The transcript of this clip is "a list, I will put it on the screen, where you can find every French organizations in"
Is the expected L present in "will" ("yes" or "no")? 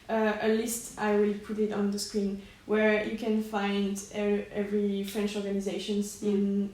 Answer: yes